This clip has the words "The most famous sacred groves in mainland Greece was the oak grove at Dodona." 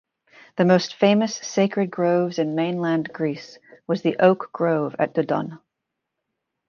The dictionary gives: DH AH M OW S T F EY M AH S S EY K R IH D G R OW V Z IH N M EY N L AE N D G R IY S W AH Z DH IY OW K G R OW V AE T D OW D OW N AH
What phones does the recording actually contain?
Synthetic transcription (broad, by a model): DH AH M OW S T F EY M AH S S EY K R IH D G R OW V Z IH N M EY N L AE N G R IY S W AH Z DH IY OW K G R OW V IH T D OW D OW N